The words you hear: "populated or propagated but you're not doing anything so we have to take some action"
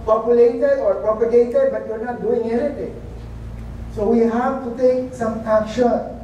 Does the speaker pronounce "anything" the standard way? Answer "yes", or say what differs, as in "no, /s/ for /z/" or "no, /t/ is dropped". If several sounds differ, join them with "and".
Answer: no, /t/ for /θ/